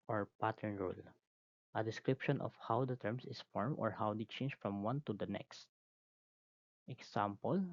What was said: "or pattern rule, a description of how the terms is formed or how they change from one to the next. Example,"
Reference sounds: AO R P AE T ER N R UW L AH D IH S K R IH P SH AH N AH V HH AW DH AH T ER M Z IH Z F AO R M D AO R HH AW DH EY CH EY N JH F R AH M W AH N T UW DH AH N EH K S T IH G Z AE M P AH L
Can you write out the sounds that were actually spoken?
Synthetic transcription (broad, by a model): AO R P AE T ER N R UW L AH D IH S K R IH P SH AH N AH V HH AW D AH T ER M S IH S F AO R M AO R HH AW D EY CH EY N JH F R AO M W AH N T UW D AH N EH K S T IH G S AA M P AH L